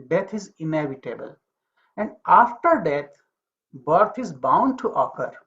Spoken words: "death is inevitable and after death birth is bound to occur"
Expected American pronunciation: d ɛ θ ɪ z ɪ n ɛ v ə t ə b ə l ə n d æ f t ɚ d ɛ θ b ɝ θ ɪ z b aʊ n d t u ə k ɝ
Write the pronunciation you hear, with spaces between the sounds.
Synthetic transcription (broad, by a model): d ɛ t ɪ z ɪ n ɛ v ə t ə b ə l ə n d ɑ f t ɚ d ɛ t b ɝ t ɪ z b aʊ n d t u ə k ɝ